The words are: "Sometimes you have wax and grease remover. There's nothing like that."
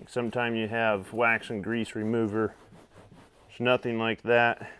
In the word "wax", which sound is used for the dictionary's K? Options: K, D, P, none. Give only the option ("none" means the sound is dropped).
K